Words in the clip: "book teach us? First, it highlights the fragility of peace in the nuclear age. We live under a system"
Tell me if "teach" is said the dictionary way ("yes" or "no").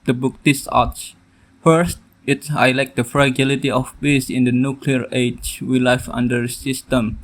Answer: no